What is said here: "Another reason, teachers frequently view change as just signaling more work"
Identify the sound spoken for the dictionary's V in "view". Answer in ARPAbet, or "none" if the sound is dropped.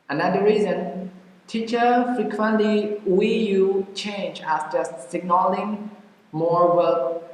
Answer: W